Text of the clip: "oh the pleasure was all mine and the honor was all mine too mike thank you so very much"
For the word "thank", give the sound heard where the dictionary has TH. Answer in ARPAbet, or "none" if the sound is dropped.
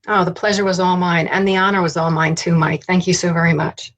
TH